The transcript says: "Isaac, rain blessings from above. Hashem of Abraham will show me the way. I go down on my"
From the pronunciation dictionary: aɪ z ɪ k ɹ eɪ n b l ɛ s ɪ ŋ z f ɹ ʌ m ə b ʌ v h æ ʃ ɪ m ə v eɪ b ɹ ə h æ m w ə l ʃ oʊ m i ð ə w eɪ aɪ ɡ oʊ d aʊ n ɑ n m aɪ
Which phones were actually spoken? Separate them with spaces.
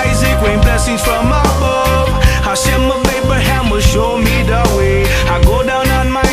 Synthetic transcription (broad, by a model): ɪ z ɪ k w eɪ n b l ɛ s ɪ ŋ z f ɹ ʌ m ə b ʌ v h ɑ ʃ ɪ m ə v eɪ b ə h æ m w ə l ʃ oʊ m i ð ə w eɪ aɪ ɡ oʊ d aʊ n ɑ n m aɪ